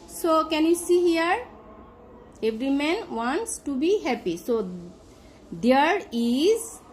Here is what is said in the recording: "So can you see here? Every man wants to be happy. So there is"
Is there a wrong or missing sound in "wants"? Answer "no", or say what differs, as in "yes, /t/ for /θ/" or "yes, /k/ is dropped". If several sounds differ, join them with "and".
no